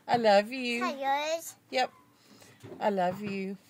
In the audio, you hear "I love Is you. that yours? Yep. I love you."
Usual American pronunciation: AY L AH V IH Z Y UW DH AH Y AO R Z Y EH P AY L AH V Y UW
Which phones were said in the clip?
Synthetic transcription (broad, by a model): AY L AH V Y UW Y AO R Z Y EH P AY L AH V Y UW